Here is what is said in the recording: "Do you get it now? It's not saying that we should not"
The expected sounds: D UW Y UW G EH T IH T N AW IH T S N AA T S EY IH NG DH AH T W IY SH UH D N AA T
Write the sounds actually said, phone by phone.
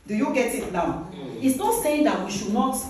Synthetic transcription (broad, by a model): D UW Y UW G EH T IH T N AW IH T S N AA T S EY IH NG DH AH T W IY SH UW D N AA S